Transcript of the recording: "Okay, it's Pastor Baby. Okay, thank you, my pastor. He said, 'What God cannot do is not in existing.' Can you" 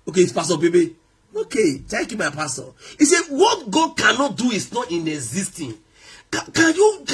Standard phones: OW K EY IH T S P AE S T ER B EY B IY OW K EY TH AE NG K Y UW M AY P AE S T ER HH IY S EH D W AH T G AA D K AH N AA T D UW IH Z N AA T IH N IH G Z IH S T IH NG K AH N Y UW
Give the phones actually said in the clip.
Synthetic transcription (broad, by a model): OW K EY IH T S P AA S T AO B EY B IY OW K EY T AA K Y UW M AY P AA S T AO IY S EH W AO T G AA D K AH N AA T D UW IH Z N AA T IH N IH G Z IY S T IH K K AH N Y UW